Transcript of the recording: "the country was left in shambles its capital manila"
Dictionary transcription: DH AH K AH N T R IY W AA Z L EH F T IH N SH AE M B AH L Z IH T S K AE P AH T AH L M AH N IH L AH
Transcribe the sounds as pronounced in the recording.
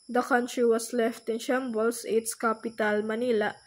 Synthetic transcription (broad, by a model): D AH K AH N T R IY W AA S L EH F T IH N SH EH M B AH L S IH T S K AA P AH T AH L M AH N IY L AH